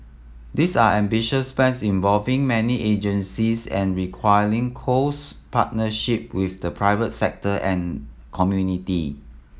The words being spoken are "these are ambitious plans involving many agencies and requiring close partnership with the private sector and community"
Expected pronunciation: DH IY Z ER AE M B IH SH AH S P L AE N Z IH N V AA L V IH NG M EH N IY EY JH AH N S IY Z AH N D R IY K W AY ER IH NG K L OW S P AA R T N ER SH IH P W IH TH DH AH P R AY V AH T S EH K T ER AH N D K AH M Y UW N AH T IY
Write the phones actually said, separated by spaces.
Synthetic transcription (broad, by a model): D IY S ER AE M B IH SH AH S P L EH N S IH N V AA L V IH NG M EH N IY EY JH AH N S IY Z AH N R IY K W AY ER IH NG K OW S P AA T N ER SH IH P W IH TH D AH P R AY V AH T S EH K T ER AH N K AH M Y UW N AH T IY